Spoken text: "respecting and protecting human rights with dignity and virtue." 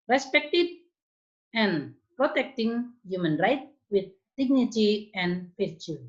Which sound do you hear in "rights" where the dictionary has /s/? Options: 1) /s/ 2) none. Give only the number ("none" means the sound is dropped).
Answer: 2